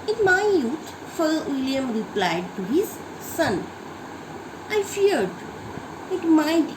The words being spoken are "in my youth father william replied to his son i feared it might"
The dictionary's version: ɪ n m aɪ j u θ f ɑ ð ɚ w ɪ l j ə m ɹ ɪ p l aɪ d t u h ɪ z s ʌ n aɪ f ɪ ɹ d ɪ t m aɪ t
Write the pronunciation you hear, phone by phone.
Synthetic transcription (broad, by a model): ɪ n m aɪ j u t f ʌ i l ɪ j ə m ɹ ɪ p l aɪ d t u h ɪ z s ʌ n aɪ f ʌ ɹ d ɪ t m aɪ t